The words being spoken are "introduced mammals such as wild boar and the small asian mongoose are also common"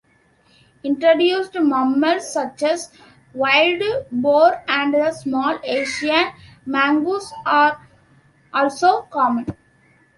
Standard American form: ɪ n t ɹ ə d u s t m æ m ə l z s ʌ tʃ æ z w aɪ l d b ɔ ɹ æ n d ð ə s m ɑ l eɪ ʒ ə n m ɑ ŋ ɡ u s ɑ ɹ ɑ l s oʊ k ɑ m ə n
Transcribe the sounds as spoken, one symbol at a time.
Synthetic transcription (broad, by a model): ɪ n t ɹ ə d u s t m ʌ m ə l s ʌ tʃ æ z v aɪ l d b ɔ ɹ æ n d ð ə s m ɑ l eɪ ʃ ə n m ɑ ŋ ɡ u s ɑ ɹ ɑ l s oʊ k ɑ m ə n